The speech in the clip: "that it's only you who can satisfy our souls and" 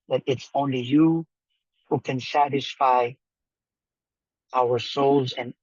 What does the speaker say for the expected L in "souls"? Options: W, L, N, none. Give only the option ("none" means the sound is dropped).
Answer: L